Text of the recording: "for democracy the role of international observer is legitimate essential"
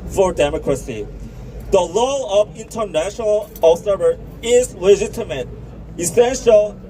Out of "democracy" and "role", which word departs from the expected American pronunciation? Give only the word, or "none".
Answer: role